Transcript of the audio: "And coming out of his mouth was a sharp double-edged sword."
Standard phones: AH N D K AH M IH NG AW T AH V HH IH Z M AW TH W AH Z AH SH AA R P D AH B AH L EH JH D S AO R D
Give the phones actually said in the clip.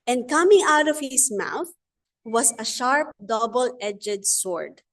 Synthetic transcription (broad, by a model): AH N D K AH M IH NG AW T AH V HH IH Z M AW TH W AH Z AH SH AA R P D AH B AH L EH JH D S AO R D